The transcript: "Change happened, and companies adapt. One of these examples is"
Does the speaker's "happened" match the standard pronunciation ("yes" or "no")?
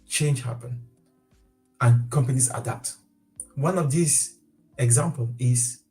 no